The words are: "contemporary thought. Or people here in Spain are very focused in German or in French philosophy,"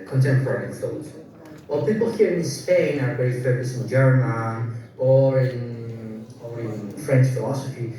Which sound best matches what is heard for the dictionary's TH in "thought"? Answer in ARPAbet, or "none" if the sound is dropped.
F